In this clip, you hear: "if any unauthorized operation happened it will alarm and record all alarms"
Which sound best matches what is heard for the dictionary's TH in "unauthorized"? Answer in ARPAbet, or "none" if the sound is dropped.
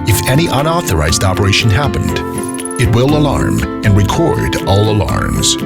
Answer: TH